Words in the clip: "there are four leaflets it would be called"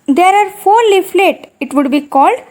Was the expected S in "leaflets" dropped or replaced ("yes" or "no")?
yes